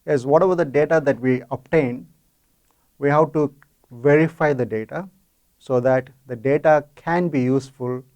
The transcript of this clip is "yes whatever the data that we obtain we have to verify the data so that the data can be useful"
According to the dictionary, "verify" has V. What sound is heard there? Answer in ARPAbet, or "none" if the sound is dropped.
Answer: V